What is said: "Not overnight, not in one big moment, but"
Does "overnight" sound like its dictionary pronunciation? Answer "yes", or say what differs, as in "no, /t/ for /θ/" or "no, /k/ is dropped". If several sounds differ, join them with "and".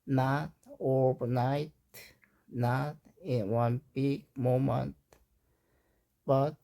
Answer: no, /b/ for /v/